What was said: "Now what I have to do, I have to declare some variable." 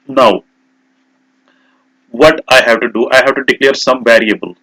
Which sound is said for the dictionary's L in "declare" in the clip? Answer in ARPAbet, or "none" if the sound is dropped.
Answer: L